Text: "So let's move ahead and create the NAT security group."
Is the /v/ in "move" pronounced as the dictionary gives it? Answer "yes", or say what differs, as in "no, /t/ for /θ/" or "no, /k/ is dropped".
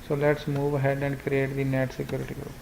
yes